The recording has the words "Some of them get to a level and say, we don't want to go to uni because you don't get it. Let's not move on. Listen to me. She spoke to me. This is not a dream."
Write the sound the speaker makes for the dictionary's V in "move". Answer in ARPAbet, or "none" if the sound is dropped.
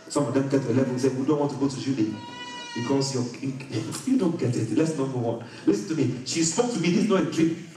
W